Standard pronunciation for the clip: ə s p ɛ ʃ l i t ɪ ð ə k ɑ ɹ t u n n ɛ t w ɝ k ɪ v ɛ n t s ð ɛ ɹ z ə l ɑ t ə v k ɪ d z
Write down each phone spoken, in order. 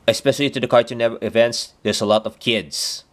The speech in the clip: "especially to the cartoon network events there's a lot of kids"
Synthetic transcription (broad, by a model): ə s p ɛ ʃ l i t ɪ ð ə k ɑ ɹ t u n n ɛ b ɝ ɪ v ɛ n t s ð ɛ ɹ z ə l ɑ t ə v k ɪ d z